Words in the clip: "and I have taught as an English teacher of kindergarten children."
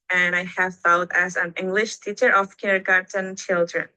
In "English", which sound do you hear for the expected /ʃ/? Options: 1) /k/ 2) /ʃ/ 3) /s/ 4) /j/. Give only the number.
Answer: 2